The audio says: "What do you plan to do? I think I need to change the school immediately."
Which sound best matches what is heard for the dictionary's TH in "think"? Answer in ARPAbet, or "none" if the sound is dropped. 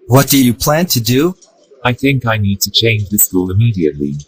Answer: TH